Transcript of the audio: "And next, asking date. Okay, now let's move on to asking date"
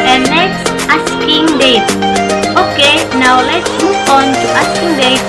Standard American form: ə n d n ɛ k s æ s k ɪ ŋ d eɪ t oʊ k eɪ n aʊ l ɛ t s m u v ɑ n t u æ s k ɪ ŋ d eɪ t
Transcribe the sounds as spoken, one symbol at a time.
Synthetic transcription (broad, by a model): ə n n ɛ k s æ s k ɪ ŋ d eɪ t oʊ k eɪ n aʊ l ɛ t s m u f ɑ n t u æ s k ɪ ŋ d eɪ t